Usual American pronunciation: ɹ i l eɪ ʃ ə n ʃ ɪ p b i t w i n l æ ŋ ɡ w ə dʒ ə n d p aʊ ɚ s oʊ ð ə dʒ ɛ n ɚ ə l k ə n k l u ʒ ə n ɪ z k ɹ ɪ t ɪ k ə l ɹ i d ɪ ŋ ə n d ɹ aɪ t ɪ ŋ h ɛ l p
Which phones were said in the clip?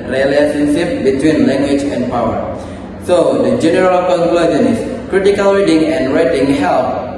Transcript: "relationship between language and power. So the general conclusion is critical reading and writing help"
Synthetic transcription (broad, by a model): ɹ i l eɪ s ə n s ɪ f b i t w i n l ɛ ŋ ɡ w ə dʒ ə n p aʊ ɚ s oʊ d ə dʒ ɛ n ɚ ə l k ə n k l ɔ z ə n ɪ s k ɹ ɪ t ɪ k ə l ɹ i d ɪ ŋ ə n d ɹ aɪ t ɪ ŋ h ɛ l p